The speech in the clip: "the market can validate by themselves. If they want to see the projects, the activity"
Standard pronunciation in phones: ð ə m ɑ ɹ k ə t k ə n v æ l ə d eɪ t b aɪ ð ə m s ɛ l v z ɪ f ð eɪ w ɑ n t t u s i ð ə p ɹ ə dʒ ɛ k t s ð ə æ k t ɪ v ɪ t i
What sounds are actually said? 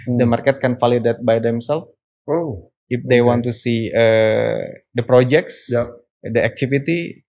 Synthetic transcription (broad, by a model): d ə m ɑ ɹ k ə t k ə n f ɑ l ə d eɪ t b aɪ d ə m s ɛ l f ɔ ɪ f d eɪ w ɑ n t t u s i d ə p ɹ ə dʒ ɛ k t s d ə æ k t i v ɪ t i